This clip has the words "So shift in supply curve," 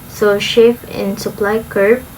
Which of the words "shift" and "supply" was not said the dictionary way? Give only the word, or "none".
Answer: shift